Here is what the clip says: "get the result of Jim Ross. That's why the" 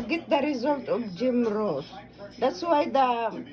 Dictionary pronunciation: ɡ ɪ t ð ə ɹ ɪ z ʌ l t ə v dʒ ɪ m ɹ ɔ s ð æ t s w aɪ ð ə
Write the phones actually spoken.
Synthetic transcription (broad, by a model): ɡ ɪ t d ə ɹ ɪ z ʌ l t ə b dʒ ɪ m ɹ ɔ s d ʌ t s w aɪ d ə